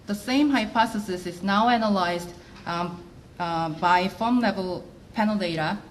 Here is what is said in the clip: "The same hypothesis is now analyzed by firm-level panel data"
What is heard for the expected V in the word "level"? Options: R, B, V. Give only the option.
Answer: V